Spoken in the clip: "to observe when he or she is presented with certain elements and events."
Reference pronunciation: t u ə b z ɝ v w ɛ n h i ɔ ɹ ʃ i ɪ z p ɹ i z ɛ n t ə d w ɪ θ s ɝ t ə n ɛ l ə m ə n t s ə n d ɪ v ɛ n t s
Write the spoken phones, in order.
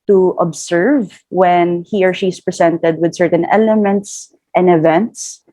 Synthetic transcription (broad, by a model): t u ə b s ɝ v w ɛ n h i ɔ ɹ ʃ i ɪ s p ɹ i s ɛ n t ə d w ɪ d s ɝ t ə n ɛ l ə m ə n t s ə n d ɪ v ɛ n t s